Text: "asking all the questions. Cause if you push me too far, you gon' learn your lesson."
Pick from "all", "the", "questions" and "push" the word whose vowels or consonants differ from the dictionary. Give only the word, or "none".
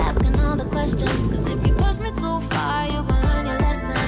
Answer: push